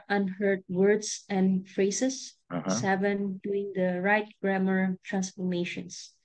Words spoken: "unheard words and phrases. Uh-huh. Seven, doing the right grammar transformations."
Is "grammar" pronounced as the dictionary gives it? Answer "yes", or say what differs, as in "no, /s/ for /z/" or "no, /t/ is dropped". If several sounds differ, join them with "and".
yes